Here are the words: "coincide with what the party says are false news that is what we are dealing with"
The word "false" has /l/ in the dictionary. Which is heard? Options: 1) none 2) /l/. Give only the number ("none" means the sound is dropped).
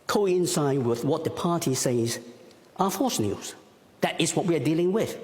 1